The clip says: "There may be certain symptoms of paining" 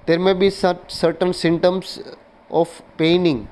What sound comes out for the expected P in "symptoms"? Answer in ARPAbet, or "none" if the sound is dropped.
none